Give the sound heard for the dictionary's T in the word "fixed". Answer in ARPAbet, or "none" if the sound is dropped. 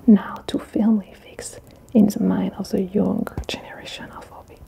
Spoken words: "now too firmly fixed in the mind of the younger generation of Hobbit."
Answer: none